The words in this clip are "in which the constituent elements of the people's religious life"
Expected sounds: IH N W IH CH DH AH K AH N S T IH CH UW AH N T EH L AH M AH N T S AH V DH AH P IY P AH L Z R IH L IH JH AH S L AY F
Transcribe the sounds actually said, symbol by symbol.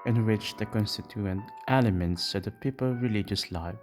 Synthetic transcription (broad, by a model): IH N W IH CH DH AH K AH N S T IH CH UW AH N T EH L AH M AH N T S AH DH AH P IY P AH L R IH L IH JH AH S L AY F